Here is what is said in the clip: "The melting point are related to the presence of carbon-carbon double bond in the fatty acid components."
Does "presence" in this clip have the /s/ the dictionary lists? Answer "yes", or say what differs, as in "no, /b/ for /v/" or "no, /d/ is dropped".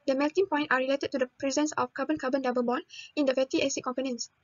yes